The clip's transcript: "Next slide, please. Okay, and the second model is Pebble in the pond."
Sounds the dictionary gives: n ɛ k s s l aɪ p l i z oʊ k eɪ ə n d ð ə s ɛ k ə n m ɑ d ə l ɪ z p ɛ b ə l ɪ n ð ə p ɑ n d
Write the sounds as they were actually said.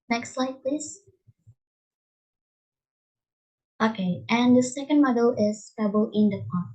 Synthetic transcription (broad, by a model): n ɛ k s s l aɪ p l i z oʊ k eɪ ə n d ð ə s ɛ k ə n m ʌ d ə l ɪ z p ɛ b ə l ɪ n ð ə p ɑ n